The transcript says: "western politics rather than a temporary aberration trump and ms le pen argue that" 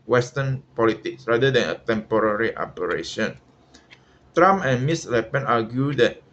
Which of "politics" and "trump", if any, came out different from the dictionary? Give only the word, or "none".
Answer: trump